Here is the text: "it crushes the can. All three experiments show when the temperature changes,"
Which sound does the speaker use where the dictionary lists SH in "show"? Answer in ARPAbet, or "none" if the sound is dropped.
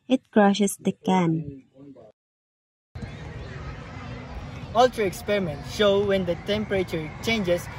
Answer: SH